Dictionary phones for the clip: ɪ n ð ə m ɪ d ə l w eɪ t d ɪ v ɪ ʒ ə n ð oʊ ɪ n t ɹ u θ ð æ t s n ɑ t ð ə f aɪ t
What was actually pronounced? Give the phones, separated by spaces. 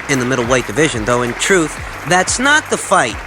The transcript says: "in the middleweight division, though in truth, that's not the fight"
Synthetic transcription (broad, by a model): ɪ n ð ə m ɪ d l w eɪ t d ɪ v ɪ ʒ ə n ð oʊ ɪ n t ɹ u θ ð æ t s n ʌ t ð ə f aɪ t